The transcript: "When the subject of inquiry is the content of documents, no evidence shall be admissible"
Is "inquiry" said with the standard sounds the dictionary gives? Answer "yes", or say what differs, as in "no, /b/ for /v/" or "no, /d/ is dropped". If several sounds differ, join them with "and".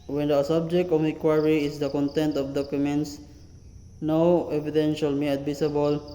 no, /n/ is dropped